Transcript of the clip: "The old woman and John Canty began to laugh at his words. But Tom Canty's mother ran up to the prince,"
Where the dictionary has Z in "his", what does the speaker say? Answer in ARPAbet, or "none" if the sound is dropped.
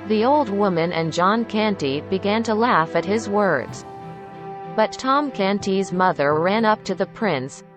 Z